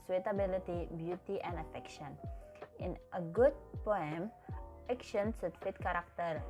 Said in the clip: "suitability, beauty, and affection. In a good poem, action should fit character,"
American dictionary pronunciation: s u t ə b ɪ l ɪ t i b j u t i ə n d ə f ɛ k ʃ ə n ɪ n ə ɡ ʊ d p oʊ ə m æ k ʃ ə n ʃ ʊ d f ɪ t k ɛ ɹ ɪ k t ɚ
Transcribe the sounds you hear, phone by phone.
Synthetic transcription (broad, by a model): s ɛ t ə b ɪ l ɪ t i b j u t i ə n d ə f ɛ k ʃ ə n ɪ n ə ɡ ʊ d p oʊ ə m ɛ k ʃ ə n s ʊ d f ɪ t k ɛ ɹ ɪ k t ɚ